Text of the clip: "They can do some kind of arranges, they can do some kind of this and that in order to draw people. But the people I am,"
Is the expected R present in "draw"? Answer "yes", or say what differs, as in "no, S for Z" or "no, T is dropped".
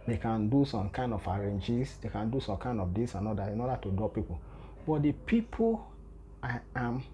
no, R is dropped